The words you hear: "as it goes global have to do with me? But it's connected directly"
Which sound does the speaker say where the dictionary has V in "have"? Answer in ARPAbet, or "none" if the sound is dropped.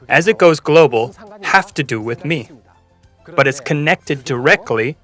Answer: F